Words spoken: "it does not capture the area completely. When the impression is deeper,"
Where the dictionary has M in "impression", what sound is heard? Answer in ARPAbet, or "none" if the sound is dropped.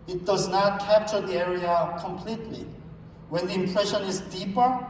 M